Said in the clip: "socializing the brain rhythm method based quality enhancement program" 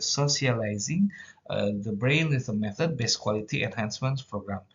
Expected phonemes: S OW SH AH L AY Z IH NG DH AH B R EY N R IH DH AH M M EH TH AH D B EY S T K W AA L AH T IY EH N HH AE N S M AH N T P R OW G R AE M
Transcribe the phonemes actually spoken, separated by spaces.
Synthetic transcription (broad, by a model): S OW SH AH L AY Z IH NG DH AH B R EY N W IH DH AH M M EH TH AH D B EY S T K W AA L AH T IY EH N HH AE N S M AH N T P R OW G R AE M